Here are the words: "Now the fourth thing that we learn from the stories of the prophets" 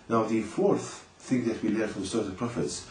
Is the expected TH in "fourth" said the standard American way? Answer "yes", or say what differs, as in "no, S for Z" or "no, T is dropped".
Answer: yes